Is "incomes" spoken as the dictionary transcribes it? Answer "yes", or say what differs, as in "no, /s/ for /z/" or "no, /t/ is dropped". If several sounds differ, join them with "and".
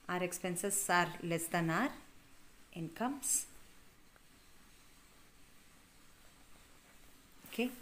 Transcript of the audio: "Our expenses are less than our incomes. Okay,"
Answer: no, /s/ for /z/